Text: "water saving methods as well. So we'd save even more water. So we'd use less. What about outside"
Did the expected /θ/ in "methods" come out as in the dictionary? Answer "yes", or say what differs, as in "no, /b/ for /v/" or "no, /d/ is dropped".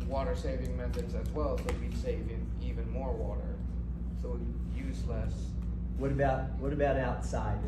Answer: yes